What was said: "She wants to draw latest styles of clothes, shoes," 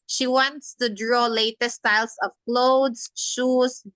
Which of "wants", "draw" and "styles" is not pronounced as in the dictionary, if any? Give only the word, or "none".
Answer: styles